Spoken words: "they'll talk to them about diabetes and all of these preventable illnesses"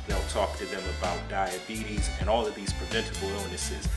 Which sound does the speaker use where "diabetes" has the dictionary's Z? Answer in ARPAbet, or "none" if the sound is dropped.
Z